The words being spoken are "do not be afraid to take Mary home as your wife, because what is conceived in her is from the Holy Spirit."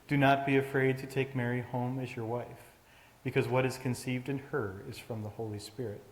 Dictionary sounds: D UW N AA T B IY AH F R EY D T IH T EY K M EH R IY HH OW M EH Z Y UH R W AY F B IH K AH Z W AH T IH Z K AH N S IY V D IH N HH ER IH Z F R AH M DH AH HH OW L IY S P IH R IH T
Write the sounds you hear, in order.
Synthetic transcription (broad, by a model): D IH N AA T B IY AH F R EY D T IH T EY K M EH R IY HH OW M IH Z Y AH R W AY F B IH K AH Z W AH T IH Z K AH N S IY V D IH N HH ER IH Z F R AH M DH AH HH OW L IY S P IH R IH T